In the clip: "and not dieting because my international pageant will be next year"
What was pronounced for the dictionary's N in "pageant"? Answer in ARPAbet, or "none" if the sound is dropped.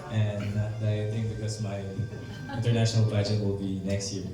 none